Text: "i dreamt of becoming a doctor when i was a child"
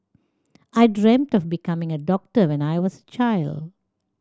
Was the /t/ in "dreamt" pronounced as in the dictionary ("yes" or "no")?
yes